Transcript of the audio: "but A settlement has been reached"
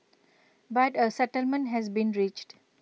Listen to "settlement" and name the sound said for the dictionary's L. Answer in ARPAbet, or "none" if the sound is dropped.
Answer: L